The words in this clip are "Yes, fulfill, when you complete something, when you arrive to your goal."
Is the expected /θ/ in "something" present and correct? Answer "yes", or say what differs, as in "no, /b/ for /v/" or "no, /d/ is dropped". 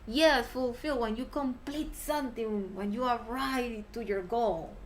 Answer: no, /t/ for /θ/